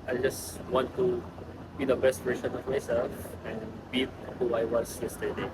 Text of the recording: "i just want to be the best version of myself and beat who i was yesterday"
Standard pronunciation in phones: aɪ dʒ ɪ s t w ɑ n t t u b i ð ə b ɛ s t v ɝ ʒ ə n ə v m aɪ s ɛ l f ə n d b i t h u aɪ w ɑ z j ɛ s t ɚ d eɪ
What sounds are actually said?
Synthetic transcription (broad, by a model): aɪ dʒ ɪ s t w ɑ n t t u b i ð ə b ɛ s t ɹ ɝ s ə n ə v m aɪ s ɛ l f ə n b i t h u aɪ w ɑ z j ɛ s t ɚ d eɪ